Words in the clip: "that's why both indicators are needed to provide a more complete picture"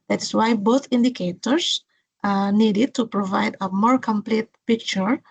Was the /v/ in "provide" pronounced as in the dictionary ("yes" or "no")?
yes